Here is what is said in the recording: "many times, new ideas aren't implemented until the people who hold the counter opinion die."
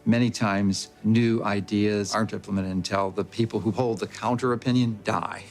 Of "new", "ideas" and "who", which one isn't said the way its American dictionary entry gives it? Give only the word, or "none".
none